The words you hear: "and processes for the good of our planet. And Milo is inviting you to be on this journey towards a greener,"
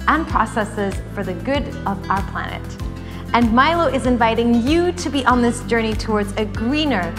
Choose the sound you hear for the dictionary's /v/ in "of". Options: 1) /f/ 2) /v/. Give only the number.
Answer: 2